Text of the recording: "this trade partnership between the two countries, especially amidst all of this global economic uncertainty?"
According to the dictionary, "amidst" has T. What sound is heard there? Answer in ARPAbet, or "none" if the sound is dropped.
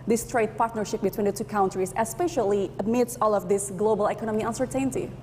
none